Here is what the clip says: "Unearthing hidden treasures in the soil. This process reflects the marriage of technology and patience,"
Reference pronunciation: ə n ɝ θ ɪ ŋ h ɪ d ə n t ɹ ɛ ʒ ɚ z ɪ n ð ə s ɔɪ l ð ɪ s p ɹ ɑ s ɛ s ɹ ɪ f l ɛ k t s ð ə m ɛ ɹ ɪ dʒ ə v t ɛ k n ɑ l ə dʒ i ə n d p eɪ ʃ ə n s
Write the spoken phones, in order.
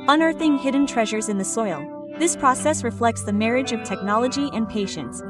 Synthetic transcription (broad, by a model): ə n ɝ θ ɪ ŋ h ɪ d n t ɹ ɛ ʒ ɚ z ɪ n ð ə s ɔɪ l ð ɪ s p ɹ ɑ s ɛ s ɹ ɪ f l ɛ k t s ð ə m ɛ ɹ ɪ dʒ ə v t ɛ k n ɑ l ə dʒ i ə n p eɪ ʃ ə n s